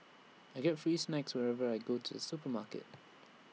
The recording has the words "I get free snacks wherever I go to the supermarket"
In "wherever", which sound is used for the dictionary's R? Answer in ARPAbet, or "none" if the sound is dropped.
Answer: R